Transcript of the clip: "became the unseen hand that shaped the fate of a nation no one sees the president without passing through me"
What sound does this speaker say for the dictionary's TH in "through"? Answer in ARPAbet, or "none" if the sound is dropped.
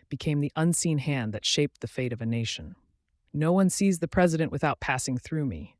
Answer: TH